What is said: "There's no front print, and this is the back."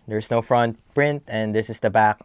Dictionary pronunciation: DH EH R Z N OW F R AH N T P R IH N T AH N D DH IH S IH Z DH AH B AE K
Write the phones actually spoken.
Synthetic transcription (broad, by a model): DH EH R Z N OW F R AH N T P R IH N T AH N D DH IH S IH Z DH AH B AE K